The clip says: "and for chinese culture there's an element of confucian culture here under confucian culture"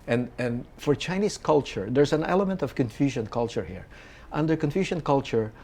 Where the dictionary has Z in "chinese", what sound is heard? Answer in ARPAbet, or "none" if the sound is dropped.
S